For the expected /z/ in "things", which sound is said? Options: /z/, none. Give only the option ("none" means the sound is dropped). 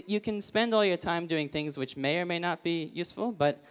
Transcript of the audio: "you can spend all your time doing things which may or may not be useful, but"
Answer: /z/